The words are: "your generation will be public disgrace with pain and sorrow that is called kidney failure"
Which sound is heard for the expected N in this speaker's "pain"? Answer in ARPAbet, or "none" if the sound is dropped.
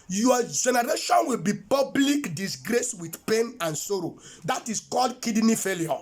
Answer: N